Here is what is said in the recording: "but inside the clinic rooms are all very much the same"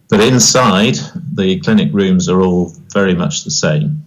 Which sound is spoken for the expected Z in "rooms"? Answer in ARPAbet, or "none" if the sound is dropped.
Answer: Z